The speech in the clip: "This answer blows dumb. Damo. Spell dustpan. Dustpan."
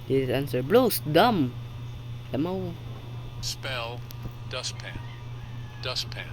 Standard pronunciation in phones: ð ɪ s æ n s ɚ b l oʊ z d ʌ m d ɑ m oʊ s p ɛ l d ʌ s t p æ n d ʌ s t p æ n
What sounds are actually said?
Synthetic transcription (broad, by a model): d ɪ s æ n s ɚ b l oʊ s d ʌ m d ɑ m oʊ s p ɛ l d ʌ s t p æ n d ʌ s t p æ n